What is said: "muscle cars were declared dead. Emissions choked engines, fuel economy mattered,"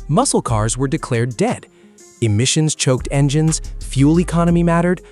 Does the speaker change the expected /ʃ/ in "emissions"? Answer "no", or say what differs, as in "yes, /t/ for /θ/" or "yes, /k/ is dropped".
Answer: no